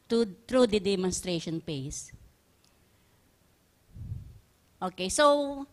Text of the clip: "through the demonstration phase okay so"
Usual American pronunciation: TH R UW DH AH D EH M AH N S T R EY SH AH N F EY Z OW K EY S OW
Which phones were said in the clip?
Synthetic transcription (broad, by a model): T R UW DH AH D EH M AH N S T R EY SH AH N P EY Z OW K EY S OW